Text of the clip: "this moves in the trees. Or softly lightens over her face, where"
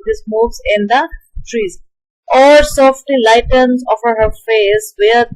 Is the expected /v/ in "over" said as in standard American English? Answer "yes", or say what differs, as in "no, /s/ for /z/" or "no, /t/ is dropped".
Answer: no, /f/ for /v/